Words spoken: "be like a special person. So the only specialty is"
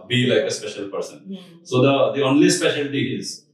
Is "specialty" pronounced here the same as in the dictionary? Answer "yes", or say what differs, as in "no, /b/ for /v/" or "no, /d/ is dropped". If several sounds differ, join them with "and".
yes